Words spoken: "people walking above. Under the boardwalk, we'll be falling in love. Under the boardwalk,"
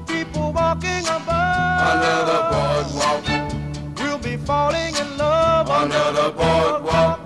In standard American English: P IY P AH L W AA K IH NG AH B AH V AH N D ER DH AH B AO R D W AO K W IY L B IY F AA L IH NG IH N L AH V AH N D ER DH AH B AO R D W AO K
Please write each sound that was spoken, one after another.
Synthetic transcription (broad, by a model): P IY P L W AA K IH NG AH B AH AH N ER DH AH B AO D W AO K W IY L B IY F AA L IH NG IH N L AH V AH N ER DH AH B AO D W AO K